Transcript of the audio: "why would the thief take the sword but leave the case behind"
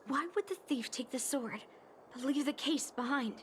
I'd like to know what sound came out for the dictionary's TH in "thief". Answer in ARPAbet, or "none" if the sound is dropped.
TH